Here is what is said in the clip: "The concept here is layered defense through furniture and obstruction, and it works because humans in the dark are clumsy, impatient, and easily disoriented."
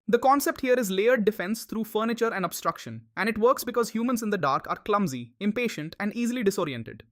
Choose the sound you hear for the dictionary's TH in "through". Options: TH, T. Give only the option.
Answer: T